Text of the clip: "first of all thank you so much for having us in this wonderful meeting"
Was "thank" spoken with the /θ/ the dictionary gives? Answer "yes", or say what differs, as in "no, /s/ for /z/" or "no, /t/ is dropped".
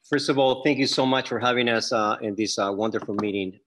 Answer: yes